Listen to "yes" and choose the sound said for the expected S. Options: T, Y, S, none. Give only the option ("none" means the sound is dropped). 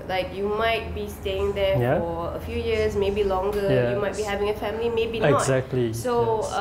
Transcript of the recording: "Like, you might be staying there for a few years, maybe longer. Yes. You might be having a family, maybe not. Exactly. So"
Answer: none